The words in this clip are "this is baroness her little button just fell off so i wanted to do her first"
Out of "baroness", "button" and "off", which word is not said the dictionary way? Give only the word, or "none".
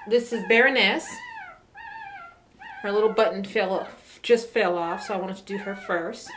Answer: button